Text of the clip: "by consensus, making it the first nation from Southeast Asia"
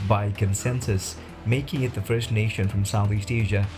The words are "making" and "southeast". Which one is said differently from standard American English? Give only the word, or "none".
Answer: none